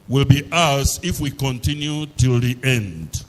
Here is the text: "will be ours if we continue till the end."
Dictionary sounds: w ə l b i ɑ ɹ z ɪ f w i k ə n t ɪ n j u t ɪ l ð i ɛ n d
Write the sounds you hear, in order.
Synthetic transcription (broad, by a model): w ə l b i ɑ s ɪ f w i k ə n t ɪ n j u t ɪ l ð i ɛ n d